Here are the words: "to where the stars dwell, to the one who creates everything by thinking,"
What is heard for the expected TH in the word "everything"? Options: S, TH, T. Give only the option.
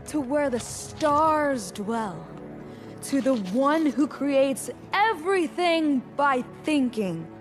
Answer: TH